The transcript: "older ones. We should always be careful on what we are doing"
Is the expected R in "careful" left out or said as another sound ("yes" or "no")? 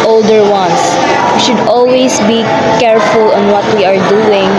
no